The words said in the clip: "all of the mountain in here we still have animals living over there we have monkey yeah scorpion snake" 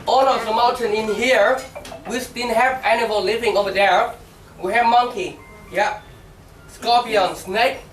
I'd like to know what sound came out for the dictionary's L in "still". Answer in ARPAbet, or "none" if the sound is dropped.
N